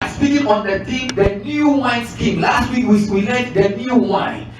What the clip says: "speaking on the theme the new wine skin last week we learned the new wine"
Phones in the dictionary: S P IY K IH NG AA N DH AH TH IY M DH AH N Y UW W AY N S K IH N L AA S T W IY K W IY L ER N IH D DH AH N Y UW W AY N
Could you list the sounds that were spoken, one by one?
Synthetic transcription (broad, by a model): S P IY K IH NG AA N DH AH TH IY M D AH N Y UW W AY N S K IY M L AA S T W IY K W IY W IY L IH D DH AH N Y UW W AY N